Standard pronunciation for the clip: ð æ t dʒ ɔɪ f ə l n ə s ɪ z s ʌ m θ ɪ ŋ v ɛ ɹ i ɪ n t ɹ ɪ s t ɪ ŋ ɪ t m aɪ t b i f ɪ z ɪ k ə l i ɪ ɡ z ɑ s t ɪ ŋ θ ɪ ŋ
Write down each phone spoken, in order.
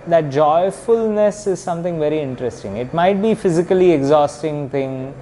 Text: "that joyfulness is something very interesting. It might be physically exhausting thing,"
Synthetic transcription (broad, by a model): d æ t dʒ ɔɪ f ə l n ə s ɪ z s ʌ m t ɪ ŋ v ɛ ɹ i ɪ n t ɹ ɪ s t ɪ ŋ ɪ t m aɪ t b i f ɪ z ɪ k ə l i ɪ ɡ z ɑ s t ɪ ŋ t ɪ ŋ